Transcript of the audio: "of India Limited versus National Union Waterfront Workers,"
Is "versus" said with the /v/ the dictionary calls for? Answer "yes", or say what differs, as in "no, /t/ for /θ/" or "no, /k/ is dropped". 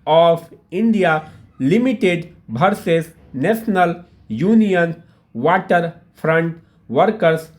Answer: no, /b/ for /v/